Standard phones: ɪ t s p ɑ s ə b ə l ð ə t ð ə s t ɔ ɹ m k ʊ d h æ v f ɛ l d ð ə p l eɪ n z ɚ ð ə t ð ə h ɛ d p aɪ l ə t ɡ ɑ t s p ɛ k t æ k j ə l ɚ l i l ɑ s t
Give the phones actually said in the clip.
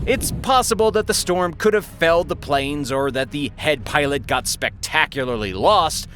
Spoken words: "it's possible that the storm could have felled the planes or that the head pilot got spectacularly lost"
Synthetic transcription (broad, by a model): ɪ t s p ɑ s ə b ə l ð ə t ð ə s t ɔ ɹ m k ʊ d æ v f ɛ l d ð ə p l eɪ n z ɚ ð ə t ð ə h ɛ d p aɪ l ə t ɡ ɑ t s p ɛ k t æ k j l ɚ l i l ɑ s t